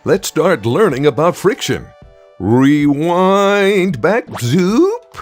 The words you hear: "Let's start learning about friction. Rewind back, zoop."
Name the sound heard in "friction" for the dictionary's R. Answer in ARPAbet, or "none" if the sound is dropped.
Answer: R